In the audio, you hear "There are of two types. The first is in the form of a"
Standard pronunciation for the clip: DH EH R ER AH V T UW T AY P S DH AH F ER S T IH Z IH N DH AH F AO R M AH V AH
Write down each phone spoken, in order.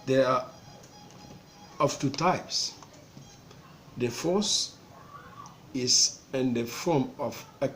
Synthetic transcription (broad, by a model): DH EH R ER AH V T UW T AY P S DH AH F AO S IH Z IH N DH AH F AO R M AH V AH